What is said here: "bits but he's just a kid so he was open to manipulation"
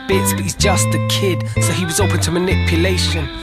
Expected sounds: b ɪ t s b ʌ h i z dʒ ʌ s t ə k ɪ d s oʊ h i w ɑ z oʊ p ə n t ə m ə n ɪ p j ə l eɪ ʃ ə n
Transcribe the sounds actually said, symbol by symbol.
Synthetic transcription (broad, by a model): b ɪ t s b ʌ h i z dʒ ʌ s t ə k ɪ d s oʊ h i w ɑ z oʊ p ə n t ə m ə n ɪ p j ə l eɪ ʃ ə n